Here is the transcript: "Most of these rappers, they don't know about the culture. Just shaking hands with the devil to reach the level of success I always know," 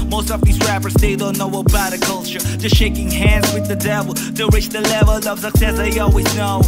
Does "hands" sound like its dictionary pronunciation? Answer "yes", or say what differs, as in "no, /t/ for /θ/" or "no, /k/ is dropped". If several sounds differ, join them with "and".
yes